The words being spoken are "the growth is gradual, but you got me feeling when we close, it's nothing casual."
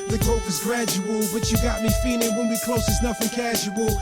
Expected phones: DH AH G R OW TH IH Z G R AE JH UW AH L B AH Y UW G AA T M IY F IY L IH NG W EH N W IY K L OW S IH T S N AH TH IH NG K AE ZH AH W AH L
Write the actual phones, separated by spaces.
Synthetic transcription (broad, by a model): DH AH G OW F IH Z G R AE JH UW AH L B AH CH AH G AA T M IY F IY L IH NG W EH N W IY K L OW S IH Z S N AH F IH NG K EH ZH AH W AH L